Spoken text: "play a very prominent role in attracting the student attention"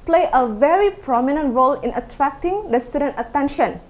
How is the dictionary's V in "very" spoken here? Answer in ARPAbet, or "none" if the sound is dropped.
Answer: V